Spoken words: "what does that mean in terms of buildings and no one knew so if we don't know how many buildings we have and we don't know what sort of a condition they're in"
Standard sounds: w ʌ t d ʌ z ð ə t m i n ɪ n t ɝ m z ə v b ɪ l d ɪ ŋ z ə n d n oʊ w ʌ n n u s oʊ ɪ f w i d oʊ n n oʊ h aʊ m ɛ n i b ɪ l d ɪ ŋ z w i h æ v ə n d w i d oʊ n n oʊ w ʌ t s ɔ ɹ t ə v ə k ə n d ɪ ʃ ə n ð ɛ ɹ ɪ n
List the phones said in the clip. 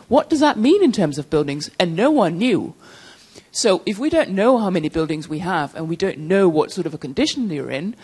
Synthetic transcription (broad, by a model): w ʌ t d ʌ z ð ə t m i n ɪ n t ɝ m z ə v b ɪ l d ɪ ŋ z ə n n oʊ w ʌ n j u s oʊ ɪ f w i d oʊ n n oʊ h aʊ m ɛ n i b ɪ l d ɪ ŋ z w i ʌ v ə n w i d oʊ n n oʊ w ʌ t s ɔ ɹ t ə v ə k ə n d ɪ ʃ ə n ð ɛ ɹ ɪ n